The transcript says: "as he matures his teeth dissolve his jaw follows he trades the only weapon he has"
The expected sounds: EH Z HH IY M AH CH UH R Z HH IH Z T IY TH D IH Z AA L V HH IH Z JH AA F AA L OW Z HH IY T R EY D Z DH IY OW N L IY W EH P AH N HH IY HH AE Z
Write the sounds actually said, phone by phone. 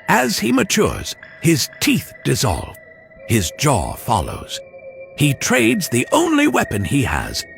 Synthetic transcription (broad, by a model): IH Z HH IY M AH CH UH R Z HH IH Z T IY TH D IH Z AA L V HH IH Z JH AA F AA L OW Z HH IY T R EY D Z DH IY OW N L IY W EH P AH N IY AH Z